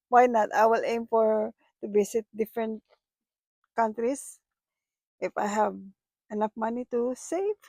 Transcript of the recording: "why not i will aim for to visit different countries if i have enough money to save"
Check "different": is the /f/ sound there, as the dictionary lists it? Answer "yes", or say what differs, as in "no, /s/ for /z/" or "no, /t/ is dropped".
yes